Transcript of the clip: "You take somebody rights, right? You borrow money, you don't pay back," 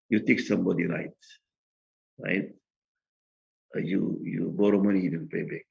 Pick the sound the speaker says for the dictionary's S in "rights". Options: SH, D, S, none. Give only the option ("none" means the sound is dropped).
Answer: none